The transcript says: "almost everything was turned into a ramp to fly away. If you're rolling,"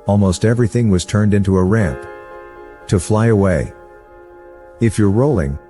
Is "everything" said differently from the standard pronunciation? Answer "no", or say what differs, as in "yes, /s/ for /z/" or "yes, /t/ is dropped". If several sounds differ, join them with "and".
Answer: no